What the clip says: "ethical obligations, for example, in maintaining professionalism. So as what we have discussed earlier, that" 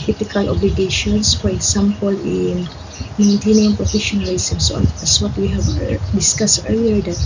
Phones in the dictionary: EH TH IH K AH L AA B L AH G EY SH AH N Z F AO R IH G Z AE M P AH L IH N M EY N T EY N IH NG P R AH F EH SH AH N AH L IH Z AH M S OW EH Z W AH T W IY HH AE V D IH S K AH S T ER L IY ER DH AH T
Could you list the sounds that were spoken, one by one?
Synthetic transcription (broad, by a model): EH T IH K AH L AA B L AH G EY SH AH N S F AO R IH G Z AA M P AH L IH N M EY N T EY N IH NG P R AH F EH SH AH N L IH S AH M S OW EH S W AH T W IY HH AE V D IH S K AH S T ER L IY ER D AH T